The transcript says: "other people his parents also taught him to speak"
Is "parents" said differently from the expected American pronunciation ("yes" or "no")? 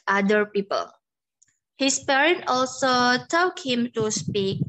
yes